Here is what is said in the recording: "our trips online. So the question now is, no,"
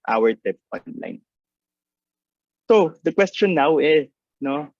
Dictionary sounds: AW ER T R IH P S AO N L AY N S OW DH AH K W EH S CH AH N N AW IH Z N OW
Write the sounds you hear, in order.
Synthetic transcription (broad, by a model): AW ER T IH P AO N L AY N S OW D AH K W EH S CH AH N N AW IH S N OW